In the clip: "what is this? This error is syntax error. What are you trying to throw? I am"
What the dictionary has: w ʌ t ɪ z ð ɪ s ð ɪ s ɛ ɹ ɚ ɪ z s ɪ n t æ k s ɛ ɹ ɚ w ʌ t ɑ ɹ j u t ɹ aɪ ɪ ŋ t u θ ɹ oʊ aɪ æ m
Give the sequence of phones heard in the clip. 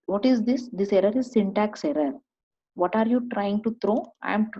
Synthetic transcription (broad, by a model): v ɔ t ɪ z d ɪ s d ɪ s ɛ ɹ ɚ ɪ z s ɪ n t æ k s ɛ ɹ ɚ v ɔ t ɑ ɹ j u t ɹ aɪ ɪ ŋ t u t ɹ oʊ aɪ m